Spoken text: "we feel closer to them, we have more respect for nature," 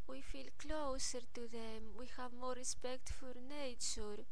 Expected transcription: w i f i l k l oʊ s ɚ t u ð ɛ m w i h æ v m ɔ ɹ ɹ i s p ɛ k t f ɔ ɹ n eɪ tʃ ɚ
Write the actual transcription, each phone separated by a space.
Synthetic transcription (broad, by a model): w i f i l k l oʊ s ɚ t u ð ɛ m w i h æ v m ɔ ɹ ɹ i s p ɛ k t f ɔ ɹ n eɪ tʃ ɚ